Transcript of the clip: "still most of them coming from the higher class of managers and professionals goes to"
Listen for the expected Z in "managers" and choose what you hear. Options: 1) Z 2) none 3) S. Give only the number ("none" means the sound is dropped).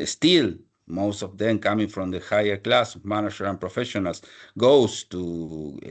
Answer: 2